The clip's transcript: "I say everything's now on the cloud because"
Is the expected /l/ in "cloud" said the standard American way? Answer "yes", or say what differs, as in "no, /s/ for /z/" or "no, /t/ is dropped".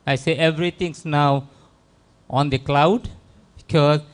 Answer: yes